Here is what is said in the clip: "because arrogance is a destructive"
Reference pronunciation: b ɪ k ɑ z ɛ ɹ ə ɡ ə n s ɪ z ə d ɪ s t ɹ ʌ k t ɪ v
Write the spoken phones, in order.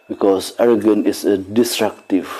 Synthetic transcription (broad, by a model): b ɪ k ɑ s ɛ ɹ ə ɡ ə n ɪ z ə d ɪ s t ɹ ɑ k t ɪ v